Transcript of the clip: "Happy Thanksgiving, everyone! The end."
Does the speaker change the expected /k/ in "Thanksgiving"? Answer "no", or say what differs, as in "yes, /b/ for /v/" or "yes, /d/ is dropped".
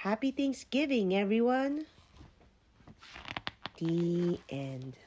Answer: yes, /k/ is dropped